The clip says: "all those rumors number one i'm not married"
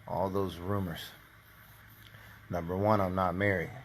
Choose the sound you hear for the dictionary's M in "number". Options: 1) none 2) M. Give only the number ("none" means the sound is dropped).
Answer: 2